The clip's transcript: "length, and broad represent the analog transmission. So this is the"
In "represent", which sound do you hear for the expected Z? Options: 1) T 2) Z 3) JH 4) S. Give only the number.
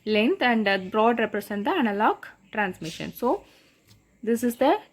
4